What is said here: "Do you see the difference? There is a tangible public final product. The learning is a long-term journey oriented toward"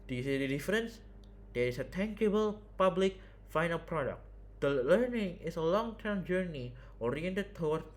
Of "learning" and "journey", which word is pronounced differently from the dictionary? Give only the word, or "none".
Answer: none